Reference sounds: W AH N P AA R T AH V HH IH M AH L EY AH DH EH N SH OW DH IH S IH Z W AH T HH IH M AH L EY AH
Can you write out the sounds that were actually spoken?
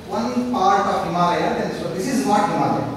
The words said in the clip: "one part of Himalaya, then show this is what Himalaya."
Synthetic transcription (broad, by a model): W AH N P AA R T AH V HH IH M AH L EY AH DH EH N S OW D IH S IH Z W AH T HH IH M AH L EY